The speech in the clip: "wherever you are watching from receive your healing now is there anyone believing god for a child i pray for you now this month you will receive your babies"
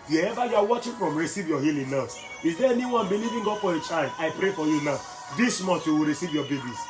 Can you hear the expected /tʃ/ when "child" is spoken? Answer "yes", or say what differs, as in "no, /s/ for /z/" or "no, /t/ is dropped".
yes